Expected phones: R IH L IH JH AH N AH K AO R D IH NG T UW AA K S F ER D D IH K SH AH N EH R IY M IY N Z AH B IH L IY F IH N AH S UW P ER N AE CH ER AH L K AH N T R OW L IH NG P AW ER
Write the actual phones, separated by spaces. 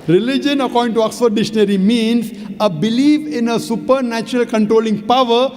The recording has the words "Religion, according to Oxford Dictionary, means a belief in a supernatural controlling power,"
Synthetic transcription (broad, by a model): R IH L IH JH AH N AH K AO R D IH NG T UW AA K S ER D D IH SH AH N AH R IY M IY N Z AH B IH L IY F IH N AH S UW P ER N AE CH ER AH L K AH N T R OW L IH NG P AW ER